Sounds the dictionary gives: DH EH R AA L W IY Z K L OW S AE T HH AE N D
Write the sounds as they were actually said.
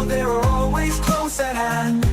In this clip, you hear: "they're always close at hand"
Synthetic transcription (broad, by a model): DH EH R AA L W IY Z K L OW S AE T HH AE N